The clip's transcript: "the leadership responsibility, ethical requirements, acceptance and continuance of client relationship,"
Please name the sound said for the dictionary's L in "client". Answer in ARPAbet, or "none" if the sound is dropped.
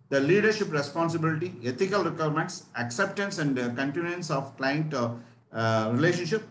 L